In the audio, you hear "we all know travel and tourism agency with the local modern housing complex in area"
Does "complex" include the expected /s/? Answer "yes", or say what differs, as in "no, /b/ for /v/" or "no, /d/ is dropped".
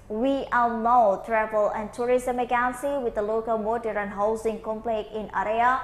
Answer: no, /s/ is dropped